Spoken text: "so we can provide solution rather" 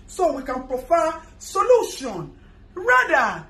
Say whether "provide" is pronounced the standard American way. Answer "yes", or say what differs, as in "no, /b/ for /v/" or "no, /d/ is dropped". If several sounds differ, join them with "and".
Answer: no, /f/ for /v/